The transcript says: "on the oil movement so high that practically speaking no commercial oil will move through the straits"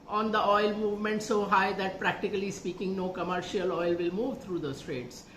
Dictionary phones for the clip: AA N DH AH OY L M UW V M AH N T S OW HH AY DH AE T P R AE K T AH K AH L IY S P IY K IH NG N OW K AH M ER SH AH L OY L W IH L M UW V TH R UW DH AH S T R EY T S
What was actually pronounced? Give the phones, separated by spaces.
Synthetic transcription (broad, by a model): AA N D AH OY L M UW V M AH N T S OW HH AY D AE T P R AE K T AH K AH L IY S P IY K IH NG N OW K AH M ER SH AH L OY L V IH L M UW V T R UW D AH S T R EY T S